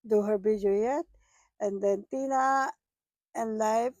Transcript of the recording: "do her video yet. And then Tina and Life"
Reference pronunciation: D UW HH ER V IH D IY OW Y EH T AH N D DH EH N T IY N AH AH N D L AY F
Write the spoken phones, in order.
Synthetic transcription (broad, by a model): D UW HH ER B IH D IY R Y EH T AH N D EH N T IY N AH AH N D L AY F